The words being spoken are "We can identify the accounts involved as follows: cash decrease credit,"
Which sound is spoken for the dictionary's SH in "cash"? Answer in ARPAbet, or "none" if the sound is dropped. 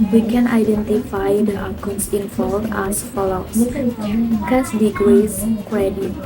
S